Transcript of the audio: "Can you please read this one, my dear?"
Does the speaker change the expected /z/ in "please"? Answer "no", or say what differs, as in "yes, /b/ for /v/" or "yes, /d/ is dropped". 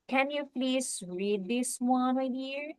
yes, /s/ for /z/